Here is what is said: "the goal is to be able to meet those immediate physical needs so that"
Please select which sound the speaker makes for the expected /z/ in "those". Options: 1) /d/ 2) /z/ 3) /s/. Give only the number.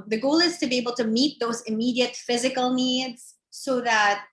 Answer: 2